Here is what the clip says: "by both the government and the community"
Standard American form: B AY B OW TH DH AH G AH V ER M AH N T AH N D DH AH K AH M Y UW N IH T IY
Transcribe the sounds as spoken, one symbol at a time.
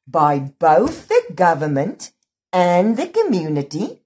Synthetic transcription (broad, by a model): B AY B OW TH DH AH G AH V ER M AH N T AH N DH AH K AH M Y UW N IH T IY